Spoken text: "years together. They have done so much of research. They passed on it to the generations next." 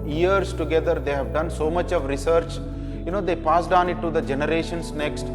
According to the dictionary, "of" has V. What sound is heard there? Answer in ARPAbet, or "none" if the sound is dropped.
V